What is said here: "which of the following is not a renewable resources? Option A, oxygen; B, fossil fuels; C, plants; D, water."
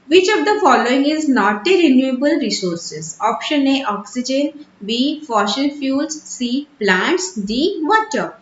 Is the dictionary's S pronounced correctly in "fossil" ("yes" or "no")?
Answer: no